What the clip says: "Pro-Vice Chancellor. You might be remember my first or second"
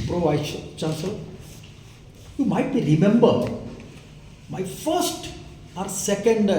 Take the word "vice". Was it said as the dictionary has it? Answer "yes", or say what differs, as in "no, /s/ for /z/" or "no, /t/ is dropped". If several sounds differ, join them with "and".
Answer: no, /ʃ/ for /s/